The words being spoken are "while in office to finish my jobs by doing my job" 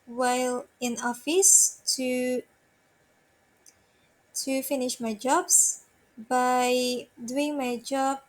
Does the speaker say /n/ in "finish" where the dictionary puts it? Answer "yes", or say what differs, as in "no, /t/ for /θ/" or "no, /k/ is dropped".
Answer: yes